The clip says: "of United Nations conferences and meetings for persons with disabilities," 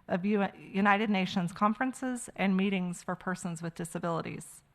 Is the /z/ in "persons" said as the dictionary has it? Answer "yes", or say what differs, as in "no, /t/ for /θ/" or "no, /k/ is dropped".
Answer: yes